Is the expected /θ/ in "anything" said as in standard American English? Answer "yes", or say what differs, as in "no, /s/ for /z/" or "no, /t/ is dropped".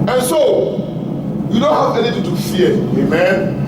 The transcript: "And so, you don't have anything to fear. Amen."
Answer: no, /t/ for /θ/